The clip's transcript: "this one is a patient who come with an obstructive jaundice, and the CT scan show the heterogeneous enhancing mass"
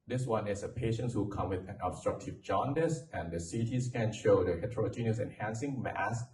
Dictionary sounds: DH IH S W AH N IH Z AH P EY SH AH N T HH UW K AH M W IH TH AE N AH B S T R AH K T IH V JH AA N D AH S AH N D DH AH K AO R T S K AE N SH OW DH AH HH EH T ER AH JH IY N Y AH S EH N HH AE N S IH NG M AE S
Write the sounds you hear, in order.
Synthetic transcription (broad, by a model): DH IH S W AH N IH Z AH P EY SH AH N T HH UW K AH M W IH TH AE N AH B S T R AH K T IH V JH AA N D AH S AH N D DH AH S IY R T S K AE N SH OW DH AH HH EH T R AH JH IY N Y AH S EH N HH AE N S IH NG M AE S